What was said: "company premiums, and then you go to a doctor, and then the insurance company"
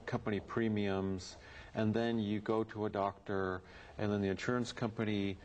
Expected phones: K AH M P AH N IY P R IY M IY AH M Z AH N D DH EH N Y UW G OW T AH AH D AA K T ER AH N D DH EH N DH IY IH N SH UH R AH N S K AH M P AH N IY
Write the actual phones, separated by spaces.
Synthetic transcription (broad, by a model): K AH M P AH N IY P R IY M IY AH M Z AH N DH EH N Y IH G OW T AH AH D AA K T ER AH N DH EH N DH IY IH N SH UH R AH N S K AH M P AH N IY